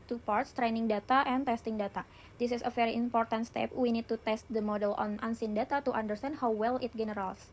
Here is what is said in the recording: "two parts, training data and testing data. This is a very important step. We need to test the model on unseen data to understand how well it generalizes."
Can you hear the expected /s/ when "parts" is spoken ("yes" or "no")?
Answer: yes